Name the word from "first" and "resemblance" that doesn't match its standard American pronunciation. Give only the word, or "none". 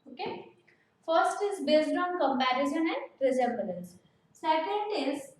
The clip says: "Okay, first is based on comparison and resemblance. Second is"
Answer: resemblance